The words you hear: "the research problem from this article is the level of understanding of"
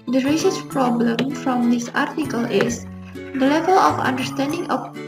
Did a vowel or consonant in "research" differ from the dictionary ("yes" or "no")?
yes